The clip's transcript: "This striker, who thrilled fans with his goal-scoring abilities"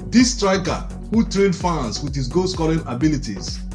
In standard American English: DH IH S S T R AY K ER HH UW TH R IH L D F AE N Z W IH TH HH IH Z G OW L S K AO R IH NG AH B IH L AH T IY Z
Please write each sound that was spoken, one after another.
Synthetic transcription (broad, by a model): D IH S S T R AY K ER HH UW T R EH N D F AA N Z W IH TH HH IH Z G OW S K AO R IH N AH B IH L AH T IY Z